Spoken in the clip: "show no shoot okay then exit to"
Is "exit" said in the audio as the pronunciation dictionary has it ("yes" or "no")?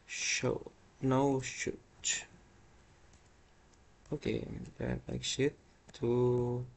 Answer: no